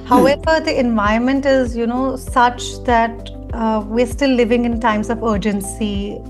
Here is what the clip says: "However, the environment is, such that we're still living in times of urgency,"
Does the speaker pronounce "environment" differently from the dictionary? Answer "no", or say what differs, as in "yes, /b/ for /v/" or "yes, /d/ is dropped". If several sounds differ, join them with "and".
yes, /ɹ/ is dropped